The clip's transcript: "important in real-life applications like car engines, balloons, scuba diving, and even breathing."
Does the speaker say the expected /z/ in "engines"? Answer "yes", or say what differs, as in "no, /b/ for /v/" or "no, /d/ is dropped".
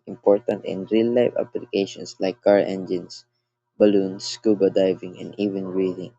no, /s/ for /z/